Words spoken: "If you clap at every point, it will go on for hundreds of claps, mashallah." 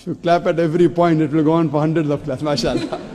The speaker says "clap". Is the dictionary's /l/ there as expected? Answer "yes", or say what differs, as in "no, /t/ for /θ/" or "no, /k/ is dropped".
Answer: yes